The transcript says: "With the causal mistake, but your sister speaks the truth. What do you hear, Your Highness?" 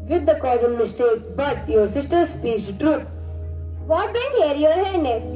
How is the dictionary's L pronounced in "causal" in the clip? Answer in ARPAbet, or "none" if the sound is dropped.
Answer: N